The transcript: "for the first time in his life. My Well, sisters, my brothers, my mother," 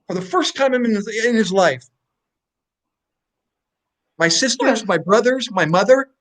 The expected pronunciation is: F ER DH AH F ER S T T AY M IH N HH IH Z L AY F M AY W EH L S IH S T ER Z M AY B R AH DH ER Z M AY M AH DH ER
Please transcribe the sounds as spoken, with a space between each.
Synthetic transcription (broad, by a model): F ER DH AH F ER S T T AY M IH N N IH Z L AY F M AY S IH S T ER Z M AY B R AH DH ER Z M AY M AH DH ER